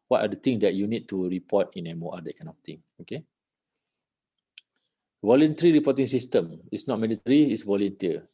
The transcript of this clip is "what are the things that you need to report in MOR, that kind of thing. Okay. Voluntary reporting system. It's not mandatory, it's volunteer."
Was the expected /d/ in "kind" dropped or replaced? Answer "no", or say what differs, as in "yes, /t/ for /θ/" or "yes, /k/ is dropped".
yes, /d/ is dropped